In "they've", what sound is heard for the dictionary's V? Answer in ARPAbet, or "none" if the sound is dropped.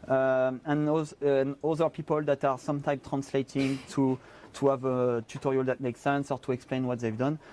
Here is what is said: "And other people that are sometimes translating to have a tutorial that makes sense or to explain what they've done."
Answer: V